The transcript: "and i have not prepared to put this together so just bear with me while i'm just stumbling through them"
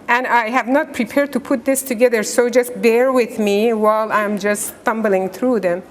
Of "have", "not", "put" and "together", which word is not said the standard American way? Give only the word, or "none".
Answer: none